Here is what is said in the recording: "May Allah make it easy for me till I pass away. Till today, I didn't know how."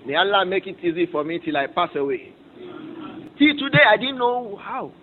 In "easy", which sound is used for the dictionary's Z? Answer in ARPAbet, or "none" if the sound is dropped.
Z